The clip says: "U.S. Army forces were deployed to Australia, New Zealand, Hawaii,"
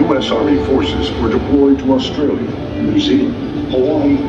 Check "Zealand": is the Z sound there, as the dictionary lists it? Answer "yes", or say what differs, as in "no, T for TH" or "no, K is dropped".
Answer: no, S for Z